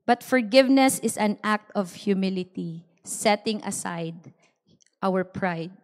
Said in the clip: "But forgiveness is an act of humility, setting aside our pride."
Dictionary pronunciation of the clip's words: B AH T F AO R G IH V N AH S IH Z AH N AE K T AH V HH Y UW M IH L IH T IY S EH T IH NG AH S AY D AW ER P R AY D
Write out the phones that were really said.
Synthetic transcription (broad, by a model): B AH T F AO R G IH V N AH S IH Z AH N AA K T AH V HH Y UW M IH L IH T IY S EH T IH NG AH S AY D AW ER P R AY D